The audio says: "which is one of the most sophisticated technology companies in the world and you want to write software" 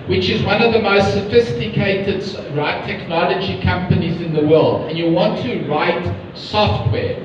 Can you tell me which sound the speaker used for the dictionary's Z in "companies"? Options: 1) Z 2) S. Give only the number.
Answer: 1